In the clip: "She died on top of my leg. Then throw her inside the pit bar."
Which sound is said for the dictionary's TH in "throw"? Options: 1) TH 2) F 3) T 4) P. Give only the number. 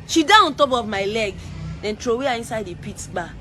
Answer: 3